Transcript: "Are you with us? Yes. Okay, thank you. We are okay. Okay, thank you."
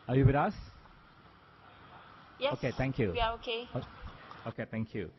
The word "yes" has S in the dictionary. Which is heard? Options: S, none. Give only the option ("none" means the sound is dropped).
none